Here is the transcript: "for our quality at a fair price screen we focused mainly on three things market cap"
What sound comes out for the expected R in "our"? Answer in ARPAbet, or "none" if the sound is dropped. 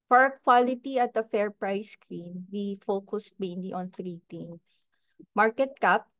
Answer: R